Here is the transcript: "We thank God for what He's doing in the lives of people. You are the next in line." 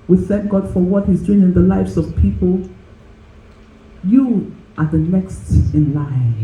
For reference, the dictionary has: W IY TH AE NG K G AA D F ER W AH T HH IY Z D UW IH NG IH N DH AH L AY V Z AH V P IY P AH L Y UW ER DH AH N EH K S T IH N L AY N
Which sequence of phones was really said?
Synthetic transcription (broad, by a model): W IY TH AE NG K G AA D F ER W AH T HH IY Z D UW IH NG IH N DH AH L AY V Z AH V P IY P AH L Y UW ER DH AH N EH K S T IH N L AY